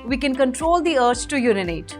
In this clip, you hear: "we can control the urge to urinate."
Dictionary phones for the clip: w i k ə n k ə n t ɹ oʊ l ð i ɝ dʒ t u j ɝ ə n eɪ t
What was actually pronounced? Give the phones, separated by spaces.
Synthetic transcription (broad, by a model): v i k ə n k ə n t ɹ oʊ l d i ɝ tʃ t u j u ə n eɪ t